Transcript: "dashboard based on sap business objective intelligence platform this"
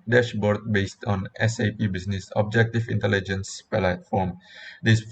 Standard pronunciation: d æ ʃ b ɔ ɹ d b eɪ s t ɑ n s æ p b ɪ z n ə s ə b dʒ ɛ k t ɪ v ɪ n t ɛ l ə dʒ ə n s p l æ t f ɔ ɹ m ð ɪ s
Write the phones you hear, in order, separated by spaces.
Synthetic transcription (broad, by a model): d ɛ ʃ b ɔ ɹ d b eɪ s t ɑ n s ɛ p b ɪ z n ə s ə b dʒ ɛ k t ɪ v ɪ n t ɛ l ə dʒ ə n s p l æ t f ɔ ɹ m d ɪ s